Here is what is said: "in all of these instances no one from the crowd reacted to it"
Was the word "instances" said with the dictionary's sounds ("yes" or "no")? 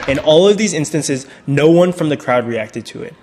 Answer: yes